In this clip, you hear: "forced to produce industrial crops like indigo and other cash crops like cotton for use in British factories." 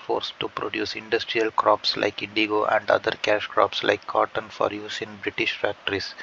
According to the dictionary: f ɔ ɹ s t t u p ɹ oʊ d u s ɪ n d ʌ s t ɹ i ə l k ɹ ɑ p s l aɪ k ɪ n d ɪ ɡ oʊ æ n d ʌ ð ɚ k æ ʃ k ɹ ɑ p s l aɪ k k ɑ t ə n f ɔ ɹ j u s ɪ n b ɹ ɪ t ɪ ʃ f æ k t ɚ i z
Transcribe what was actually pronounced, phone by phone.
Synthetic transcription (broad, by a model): f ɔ ɹ s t t u p ɹ oʊ d u s ɪ n d ʌ s t ɹ i ə l k ɹ ɑ p s l aɪ k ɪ n d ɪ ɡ oʊ æ n d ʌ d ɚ k æ ʃ k ɹ ɑ p s l aɪ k k ɑ t ə n f ɔ ɹ j u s ɪ n b ɹ ɪ t ɪ ʃ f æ k t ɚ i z